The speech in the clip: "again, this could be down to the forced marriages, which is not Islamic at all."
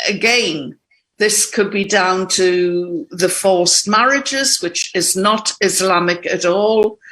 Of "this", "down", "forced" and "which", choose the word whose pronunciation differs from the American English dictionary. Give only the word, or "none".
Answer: forced